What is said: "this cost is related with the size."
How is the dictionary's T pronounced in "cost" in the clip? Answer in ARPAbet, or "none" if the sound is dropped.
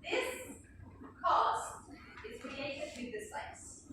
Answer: T